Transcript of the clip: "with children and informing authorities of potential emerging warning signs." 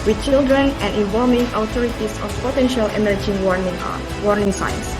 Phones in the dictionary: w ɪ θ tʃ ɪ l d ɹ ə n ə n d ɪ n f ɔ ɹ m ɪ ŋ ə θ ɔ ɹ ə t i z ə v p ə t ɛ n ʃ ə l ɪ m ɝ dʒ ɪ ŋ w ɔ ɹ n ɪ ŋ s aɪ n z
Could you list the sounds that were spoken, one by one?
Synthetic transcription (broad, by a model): w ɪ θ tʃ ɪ l d ɹ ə n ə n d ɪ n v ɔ l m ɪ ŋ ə t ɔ ɹ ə t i s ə f p ə t ɛ n ʃ ə l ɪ m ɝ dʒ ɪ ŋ w ɔ ɹ n ɪ ŋ s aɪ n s